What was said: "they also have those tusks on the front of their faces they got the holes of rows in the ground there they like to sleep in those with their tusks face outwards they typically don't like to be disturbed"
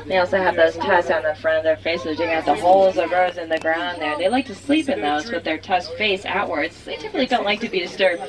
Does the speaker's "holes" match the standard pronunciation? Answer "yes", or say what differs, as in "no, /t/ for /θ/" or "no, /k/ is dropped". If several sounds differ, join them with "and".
yes